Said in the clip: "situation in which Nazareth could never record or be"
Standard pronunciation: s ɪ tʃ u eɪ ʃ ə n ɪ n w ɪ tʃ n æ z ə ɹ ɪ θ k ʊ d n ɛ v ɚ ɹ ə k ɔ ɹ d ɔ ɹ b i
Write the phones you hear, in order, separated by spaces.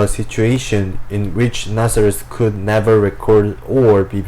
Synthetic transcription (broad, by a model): s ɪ tʃ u eɪ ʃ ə n ɪ n w ɪ tʃ n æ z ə ɹ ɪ s k ʊ d n ɛ v ɚ ɹ ə k ɔ ɹ d ɔ ɹ b i